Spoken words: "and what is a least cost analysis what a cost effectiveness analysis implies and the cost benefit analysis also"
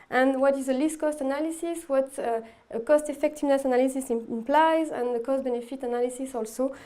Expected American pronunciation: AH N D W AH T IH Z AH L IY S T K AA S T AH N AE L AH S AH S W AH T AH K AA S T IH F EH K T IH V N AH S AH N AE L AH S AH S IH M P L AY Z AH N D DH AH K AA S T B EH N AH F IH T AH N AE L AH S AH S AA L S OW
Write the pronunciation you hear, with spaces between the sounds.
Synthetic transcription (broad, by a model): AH N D W AH T IH Z AH L IY S T K AA S T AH N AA L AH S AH S W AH T AH K AA S T IH F EH K T IH V N AH S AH N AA L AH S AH S IH M P L AY Z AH N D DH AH K AA S T B EH N AH F IH T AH N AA L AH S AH S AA L S OW